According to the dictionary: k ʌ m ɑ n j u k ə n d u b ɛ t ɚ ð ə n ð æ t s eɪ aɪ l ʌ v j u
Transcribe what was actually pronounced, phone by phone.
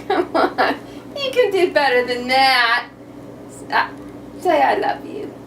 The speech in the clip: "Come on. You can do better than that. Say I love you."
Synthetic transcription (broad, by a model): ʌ m ɑ n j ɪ k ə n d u b ɛ t ɚ ð ə n ð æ t s eɪ aɪ l ʌ v j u